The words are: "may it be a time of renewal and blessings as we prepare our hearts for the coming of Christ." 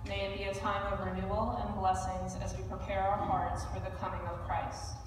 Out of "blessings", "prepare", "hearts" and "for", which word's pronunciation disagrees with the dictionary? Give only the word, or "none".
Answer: none